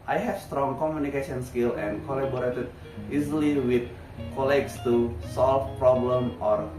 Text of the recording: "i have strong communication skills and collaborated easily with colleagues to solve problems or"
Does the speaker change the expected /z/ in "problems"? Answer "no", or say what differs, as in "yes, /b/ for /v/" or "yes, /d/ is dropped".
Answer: yes, /z/ is dropped